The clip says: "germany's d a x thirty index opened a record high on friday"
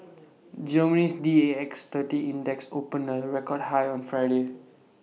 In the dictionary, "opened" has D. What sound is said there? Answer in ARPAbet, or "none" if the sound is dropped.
none